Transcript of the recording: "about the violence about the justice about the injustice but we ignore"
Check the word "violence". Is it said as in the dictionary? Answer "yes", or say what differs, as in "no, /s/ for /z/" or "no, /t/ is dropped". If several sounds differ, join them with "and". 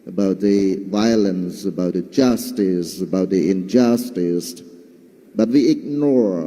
yes